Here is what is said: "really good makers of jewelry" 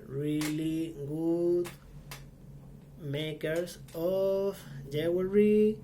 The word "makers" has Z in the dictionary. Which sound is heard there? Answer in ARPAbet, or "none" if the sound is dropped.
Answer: S